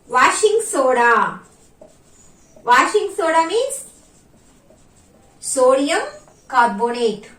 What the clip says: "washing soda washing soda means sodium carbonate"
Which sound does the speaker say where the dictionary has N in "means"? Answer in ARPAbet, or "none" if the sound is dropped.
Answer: none